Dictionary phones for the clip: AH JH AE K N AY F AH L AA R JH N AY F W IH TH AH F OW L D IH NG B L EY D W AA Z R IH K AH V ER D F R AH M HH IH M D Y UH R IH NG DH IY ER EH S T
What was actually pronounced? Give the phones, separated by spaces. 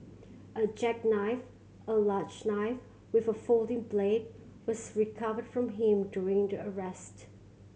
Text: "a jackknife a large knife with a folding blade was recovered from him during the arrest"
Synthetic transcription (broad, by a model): AH JH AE K N AY F AH L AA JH N AY F W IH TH AH F OW L D IH NG B L EY D W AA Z R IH K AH V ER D F R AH M HH IH M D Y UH R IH NG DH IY ER EH S T